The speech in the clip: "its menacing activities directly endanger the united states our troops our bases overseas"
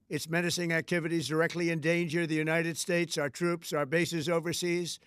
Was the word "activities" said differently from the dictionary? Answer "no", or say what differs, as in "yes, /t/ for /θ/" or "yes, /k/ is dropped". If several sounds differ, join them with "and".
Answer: no